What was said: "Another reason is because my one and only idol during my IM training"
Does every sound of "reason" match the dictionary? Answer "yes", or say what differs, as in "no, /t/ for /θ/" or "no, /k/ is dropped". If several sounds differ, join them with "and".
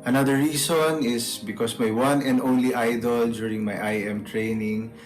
no, /s/ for /z/